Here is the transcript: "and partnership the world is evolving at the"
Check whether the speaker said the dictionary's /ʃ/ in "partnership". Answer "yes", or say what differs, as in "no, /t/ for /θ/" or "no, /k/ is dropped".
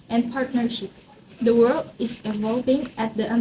yes